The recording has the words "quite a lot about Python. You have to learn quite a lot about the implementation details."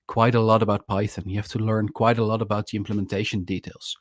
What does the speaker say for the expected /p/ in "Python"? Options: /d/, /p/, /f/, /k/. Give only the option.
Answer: /p/